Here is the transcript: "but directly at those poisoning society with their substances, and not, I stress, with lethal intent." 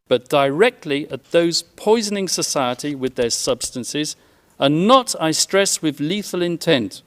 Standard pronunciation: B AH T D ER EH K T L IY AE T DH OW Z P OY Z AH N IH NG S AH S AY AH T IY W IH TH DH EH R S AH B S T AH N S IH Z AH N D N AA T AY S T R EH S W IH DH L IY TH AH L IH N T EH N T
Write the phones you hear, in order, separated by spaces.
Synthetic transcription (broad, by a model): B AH T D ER EH K T L IY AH T DH OW Z P OY Z AH N IH NG S AH S AY AH T IY W IH DH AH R S AH B S T AH N S IH Z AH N N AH T AY S T R EH S W IH DH L IY TH AH L IH N T EH N T